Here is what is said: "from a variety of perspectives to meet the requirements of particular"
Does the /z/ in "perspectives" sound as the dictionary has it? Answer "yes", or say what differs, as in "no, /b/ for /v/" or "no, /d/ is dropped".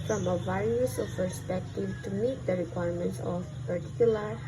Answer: no, /z/ is dropped